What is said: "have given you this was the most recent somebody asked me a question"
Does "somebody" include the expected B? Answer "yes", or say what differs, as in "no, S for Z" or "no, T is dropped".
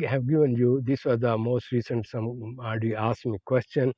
no, B is dropped